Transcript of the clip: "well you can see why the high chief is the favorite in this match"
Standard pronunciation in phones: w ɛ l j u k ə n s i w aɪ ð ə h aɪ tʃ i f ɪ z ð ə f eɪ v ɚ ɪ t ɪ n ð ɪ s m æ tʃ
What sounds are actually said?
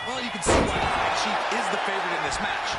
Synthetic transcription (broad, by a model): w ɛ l j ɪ k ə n s i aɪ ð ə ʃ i ɪ z ð ə f eɪ v ɚ ɪ t ɪ n ð ɪ s m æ tʃ